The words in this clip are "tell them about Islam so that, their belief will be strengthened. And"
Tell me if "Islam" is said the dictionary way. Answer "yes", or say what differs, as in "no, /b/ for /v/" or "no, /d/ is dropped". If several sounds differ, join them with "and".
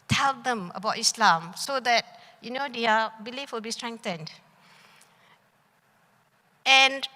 yes